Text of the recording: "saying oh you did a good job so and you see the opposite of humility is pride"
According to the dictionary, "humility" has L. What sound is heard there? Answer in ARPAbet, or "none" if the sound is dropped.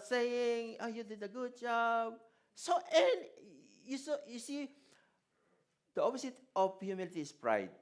L